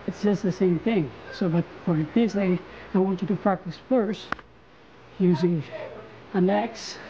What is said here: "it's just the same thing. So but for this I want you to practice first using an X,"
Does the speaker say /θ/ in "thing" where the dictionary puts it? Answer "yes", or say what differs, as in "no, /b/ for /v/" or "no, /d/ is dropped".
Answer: yes